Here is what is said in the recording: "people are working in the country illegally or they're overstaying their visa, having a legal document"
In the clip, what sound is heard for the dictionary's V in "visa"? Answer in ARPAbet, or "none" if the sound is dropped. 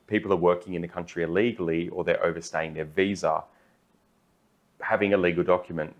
V